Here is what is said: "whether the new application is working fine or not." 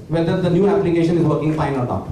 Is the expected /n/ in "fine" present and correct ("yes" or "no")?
yes